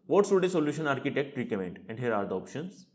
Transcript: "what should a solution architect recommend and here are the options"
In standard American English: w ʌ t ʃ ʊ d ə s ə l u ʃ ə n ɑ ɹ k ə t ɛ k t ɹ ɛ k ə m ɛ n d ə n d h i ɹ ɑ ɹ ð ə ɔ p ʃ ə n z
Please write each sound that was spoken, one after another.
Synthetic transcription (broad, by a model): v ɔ t s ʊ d ə s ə l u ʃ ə n ɑ ɹ k ə t ɛ k t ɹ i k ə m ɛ n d ə n d h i ɹ ɑ ɹ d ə ɔ p ʃ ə n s